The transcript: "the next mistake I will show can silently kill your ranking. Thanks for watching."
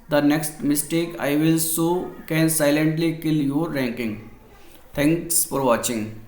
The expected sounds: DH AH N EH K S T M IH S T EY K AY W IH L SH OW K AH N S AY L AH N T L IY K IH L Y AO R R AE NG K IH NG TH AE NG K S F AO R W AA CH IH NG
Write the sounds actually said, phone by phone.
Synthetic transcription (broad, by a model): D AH N EH K S T M IH S T EY K AY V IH L S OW K AH N S AY L AH N T L IY K IH L Y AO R R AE NG K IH NG T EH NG K S F AO R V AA CH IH NG